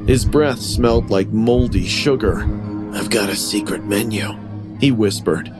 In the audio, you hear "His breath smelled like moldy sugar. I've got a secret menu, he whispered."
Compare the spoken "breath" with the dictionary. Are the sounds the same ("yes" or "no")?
yes